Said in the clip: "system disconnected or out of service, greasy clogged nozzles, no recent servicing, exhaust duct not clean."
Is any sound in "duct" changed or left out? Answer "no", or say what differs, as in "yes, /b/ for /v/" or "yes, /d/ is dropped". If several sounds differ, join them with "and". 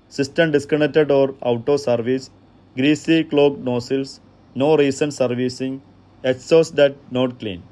yes, /k/ is dropped